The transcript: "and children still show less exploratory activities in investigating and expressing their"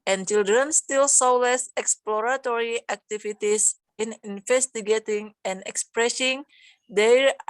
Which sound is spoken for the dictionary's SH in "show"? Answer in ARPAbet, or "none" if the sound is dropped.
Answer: S